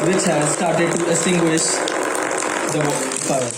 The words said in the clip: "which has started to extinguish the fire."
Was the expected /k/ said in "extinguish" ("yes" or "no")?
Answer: no